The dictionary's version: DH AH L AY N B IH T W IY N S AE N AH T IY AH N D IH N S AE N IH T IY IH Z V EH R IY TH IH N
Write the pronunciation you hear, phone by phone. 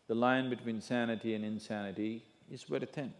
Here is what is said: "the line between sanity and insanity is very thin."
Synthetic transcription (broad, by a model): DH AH L AY N B IH T W IY N S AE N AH T IY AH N IH N S AE N IH T IY IH Z W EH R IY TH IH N